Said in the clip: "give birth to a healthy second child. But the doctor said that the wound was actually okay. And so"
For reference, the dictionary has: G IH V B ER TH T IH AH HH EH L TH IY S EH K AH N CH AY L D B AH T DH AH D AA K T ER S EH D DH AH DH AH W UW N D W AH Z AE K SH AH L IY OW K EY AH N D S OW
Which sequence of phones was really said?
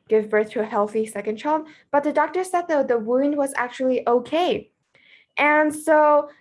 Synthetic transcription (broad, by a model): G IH V B ER TH T IH AH HH EH L TH IY S EH K AH N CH AY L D B AH T DH AH D AA K T ER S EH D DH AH DH AH W UW N D W AH Z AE K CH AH L IY OW K EY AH N S OW